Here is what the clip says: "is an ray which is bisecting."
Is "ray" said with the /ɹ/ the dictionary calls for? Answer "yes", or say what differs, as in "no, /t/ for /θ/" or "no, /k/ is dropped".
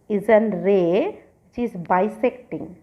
yes